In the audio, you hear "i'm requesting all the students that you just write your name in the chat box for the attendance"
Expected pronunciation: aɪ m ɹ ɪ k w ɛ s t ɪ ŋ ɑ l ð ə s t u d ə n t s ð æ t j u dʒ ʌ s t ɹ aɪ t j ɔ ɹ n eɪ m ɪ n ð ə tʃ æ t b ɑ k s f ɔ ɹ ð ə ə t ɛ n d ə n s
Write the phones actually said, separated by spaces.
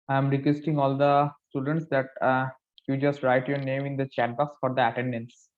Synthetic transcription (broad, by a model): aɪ m ɹ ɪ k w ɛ s t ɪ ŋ ɑ l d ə s t u d ə n t s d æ t j u dʒ ʌ s t ɹ aɪ t j ɔ ɹ n eɪ m ɪ n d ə tʃ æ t b ɑ k s f ɔ ɹ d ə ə t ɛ n d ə n s